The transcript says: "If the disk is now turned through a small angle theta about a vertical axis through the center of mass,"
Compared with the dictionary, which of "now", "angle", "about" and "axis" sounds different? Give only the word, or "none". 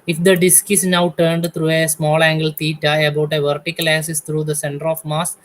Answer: axis